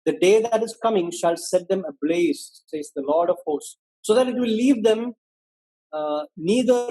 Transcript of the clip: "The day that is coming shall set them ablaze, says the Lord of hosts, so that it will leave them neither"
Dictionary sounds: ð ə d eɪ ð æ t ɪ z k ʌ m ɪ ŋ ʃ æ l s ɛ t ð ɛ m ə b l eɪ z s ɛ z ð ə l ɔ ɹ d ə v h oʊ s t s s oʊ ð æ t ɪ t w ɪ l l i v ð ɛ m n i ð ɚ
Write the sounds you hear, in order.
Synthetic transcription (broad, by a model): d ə d eɪ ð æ t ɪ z k ʌ m ɪ ŋ ʃ æ l s ɛ t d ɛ m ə b l eɪ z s ɛ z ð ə l ɔ ɹ d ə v h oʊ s s s oʊ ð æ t ɪ t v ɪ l l i v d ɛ m n i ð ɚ